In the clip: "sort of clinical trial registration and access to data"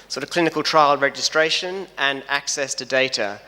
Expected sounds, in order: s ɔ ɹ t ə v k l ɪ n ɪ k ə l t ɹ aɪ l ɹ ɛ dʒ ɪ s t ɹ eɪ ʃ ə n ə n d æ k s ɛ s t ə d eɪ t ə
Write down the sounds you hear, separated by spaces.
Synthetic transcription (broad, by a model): s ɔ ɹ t ə v k l ɪ n ɪ k ə l t ɹ aɪ l ɹ ɛ dʒ ɪ s t ɹ eɪ ʃ ə n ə n æ k s ɛ s t ə d eɪ t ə